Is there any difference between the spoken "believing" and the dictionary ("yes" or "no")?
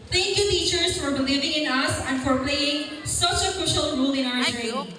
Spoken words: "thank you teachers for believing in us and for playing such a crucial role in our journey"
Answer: no